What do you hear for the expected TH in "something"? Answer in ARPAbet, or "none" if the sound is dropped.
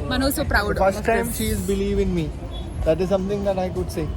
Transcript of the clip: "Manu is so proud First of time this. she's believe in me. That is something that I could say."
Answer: T